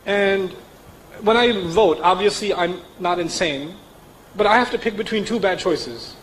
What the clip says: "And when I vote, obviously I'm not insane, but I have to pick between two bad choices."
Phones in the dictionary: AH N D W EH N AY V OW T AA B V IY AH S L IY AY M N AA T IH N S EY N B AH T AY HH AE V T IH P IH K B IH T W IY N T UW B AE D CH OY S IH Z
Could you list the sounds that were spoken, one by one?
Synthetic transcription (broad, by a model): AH N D W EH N AY V OW T AA B V IY AH S L IY AY M N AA T IH N S EY N B AH T AY HH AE F T IH P IH K B IH T W IY N T UW B AE D CH OY S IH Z